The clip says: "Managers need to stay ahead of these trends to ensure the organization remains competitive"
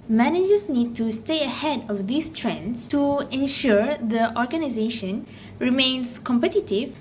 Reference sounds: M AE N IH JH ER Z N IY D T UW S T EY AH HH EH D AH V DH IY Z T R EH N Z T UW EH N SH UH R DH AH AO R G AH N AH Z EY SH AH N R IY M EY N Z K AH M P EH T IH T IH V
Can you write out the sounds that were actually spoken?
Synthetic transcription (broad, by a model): M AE N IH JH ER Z N IY D T UW S T EY AH HH EH D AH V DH IY S T R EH N S T UW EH N SH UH R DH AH AO R G AH N AH Z EY SH AH N R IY M EY N S K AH M P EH T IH T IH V